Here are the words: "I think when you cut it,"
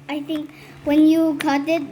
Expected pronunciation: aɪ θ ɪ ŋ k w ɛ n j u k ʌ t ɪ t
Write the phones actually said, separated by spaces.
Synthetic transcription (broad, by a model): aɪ t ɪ ŋ k w ɛ n j u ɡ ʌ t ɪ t